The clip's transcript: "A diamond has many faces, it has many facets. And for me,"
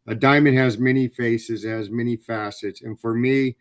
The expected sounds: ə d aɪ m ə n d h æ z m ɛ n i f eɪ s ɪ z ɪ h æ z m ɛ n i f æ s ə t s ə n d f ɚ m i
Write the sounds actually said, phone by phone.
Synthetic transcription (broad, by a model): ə d aɪ m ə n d h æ z m ɛ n i f eɪ s ɪ z ɪ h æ z m ɛ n i f æ s ə t s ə n f ɚ m i